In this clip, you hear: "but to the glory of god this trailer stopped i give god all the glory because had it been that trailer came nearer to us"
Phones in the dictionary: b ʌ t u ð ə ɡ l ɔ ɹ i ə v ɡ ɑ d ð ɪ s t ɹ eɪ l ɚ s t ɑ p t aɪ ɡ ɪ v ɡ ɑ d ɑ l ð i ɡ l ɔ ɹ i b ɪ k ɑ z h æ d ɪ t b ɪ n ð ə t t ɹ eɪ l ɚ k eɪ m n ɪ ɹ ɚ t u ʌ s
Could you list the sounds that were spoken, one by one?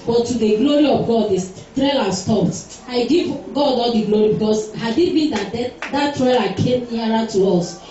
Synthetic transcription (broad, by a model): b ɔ t u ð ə ɡ l ɔ ɹ i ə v ɡ ɑ d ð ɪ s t ɹ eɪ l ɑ s t ɑ p t aɪ ɡ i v ɡ ɑ d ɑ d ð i ɡ l ɔ ɹ i b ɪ k ɑ s h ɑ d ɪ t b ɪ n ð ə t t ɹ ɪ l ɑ k eɪ m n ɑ ɹ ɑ t u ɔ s